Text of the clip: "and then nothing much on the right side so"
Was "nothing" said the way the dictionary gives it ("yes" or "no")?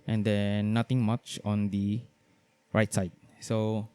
no